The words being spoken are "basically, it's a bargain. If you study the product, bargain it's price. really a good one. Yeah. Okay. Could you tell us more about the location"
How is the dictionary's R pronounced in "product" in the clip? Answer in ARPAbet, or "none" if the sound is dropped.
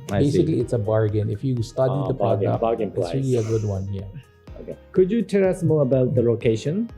none